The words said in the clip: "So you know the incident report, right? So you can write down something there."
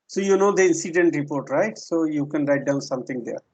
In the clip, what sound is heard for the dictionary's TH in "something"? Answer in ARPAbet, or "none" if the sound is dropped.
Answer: T